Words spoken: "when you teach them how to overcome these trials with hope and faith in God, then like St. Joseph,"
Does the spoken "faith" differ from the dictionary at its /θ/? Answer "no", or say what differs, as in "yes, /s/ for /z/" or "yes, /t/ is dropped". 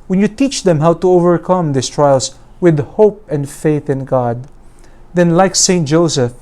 no